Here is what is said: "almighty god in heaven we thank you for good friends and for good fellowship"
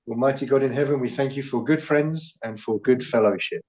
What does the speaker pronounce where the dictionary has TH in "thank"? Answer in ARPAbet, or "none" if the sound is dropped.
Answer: TH